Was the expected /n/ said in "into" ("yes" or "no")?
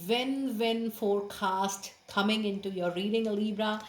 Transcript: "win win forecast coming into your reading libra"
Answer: yes